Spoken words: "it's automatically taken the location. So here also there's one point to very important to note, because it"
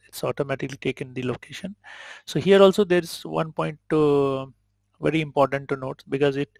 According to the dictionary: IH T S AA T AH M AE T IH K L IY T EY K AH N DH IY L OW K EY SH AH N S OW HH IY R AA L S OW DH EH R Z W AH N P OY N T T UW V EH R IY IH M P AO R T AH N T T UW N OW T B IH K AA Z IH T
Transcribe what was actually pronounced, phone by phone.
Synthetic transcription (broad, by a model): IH T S AA T AH M AE T IH K L IY T EY K AH N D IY L OW K EY SH AH N S OW HH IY R AA L S OW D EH R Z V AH N P OY N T T UW V EH R IY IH M P AO R T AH N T T UW N OW T B IH K AA Z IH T